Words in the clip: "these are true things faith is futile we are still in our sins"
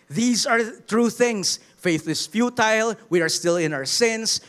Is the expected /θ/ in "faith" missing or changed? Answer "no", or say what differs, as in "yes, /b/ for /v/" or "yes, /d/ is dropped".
no